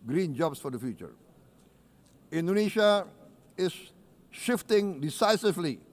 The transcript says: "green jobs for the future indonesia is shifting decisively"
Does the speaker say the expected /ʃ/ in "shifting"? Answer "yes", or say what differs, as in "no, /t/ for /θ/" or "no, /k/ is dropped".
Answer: yes